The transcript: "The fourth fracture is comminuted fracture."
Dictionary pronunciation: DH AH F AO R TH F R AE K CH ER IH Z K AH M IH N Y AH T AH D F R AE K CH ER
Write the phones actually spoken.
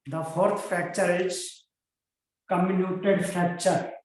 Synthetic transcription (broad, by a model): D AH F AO R T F AE K CH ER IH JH K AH M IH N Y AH T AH D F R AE K CH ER